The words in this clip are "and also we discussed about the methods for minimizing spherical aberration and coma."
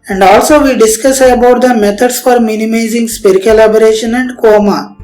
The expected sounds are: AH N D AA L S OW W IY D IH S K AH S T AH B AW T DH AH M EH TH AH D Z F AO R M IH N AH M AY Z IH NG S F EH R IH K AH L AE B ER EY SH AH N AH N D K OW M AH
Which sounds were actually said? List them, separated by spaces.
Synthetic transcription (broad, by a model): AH N D AA L S OW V IY D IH S K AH S AH B AW T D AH M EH T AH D S F AO R M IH N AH M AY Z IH NG S P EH R K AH L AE B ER EY SH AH N AH N D K OW M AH